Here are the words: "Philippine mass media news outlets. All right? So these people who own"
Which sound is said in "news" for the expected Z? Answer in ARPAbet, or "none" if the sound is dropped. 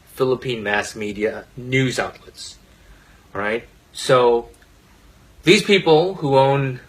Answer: Z